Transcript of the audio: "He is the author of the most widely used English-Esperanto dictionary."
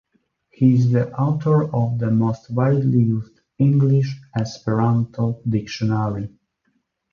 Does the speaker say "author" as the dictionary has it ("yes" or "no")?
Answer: no